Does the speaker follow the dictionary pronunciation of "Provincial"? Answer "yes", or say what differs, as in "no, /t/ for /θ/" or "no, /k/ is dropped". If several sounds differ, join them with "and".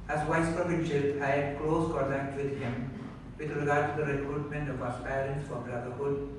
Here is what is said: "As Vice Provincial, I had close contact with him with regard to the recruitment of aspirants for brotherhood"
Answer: no, /ɹ/ is dropped